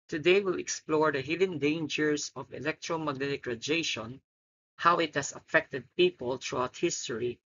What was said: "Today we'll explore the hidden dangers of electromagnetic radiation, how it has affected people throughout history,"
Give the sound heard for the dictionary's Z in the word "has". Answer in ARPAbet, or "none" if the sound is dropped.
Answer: S